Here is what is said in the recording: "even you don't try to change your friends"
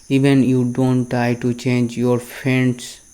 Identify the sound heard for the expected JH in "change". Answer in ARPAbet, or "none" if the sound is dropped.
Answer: JH